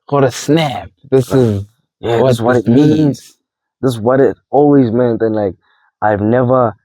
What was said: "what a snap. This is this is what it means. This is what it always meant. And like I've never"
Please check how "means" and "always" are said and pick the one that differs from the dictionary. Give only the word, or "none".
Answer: none